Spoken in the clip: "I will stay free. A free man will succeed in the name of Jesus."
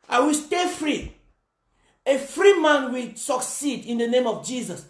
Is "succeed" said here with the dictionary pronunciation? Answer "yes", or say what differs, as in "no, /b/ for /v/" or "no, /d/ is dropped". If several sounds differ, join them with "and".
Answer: yes